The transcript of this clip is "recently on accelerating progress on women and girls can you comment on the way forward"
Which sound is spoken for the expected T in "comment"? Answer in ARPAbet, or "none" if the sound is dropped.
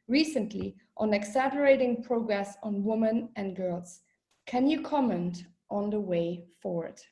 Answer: T